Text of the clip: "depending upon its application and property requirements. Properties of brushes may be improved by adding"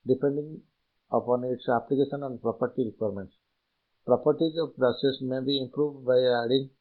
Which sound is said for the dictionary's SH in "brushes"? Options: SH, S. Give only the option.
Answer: S